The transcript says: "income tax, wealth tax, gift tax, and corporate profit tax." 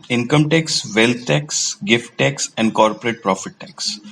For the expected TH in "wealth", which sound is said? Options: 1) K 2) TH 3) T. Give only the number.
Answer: 3